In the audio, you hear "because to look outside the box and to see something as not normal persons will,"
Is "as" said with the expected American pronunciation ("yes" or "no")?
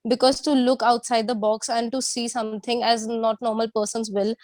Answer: yes